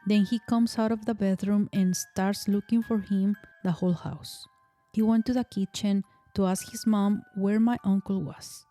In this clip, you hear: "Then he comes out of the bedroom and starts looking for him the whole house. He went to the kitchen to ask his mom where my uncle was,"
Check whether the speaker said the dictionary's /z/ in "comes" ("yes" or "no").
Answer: no